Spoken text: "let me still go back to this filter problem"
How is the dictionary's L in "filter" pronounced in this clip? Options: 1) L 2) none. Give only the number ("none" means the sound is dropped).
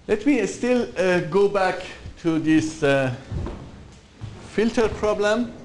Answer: 1